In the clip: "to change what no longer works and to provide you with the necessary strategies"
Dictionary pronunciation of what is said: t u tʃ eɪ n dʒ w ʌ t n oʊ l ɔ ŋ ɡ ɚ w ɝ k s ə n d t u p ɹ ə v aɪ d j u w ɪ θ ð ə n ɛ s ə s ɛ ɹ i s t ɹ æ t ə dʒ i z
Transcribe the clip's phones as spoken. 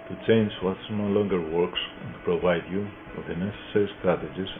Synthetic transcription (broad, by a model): t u tʃ eɪ n dʒ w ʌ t n oʊ l ɔ ŋ ɡ ɚ w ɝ k s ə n t u p ɹ ə v aɪ d j u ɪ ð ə n ɛ s ə s ɛ ɹ i s t ɹ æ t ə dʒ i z